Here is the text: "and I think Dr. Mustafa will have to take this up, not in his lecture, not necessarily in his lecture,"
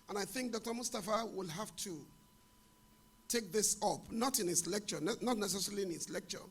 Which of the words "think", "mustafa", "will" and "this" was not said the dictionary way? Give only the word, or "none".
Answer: none